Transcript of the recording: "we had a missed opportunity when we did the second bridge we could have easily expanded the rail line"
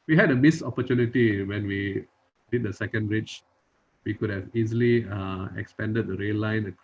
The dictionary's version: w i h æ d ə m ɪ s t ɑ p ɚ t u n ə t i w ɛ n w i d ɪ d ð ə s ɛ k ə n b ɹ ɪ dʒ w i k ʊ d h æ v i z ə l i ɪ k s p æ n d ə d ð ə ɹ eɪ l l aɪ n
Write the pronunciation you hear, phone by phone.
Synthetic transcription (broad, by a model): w i h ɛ d ə m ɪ s ɑ p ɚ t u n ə t i w ɛ n w i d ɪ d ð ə s ɛ k ə n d ɹ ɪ tʃ w i k ʊ d h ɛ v i z ə l i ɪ k s p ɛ n d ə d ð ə ɹ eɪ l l aɪ n